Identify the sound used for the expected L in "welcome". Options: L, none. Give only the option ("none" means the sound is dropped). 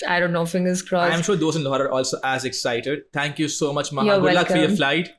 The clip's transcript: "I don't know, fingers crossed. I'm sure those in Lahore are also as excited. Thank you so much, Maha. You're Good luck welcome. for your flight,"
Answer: none